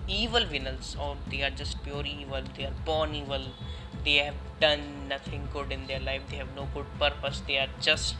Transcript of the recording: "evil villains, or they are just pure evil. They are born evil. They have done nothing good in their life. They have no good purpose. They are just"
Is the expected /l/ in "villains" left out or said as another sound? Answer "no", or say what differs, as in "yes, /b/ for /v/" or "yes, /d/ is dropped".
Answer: yes, /n/ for /l/